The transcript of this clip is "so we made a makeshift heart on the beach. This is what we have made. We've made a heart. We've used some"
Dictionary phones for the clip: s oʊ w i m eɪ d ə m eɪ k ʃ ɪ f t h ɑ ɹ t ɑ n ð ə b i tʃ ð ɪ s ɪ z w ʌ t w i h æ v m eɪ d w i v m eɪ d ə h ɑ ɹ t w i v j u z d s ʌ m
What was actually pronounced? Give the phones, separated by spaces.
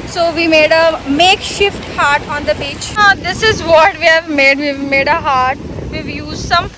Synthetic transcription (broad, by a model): s oʊ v i m eɪ d ə m eɪ k ʃ ɪ f t h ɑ ɹ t ɑ n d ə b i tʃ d ɪ s ɪ z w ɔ t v i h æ v m eɪ d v i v m eɪ d ə h ɑ ɹ t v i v j u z s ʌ m